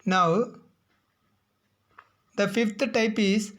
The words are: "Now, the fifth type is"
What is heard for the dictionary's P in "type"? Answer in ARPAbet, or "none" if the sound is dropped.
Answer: P